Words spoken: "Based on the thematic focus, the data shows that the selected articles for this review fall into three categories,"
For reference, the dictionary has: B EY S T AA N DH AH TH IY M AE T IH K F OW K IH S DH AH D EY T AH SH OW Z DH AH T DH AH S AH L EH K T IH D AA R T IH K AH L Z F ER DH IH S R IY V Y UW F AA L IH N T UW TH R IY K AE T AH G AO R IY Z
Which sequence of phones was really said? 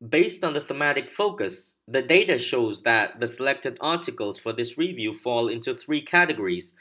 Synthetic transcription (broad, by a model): B EY S T N DH AH TH IY M AE T IH K F OW K IH S DH AH D EY T AH SH OW Z DH AH T DH AH S AH L EH K T IH D AA R T IH K AH L Z F ER DH IH S R IY V Y UW F AA L IH N T UW TH R IY K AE T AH G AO R IY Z